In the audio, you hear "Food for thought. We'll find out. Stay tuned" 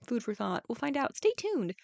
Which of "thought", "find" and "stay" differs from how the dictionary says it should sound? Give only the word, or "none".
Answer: none